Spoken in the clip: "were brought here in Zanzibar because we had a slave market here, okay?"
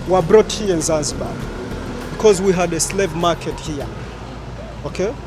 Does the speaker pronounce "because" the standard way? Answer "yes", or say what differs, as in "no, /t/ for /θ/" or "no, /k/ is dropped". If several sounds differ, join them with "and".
yes